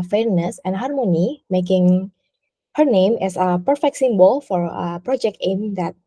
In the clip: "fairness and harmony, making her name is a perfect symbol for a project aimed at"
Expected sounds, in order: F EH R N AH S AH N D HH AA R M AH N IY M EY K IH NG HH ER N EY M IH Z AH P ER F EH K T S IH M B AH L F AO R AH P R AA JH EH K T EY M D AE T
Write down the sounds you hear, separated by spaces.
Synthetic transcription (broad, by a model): F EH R N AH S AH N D HH AA R M AH N IY M EY K IH NG HH ER N EY M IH S AH P ER F EH K T S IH M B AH L F AO R AH P R AA JH EH K T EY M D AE T